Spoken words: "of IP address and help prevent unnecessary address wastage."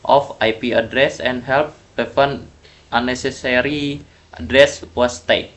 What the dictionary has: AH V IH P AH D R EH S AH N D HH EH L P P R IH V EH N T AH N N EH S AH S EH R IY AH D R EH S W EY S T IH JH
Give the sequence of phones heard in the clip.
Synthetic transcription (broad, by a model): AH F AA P AH D R EH S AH N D HH EH L P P IH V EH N T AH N N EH S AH S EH R IY AH D R EH S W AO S T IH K